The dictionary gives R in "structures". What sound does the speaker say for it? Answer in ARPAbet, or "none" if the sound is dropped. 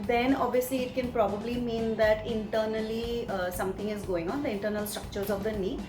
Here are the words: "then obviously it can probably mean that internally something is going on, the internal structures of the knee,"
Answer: R